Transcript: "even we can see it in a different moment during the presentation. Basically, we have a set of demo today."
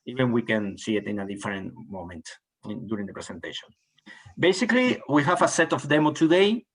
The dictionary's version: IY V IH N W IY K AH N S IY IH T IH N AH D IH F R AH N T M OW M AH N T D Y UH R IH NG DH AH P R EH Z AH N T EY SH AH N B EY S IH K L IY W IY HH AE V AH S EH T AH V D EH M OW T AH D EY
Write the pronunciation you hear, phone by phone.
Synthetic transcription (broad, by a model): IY V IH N W IY K AH N S IY IH T IH N AH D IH F R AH N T M OW M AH N T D Y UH R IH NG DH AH P R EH S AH N T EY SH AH N B EY S IH K L IY W IY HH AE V AH S EH T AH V D EH M OW T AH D EY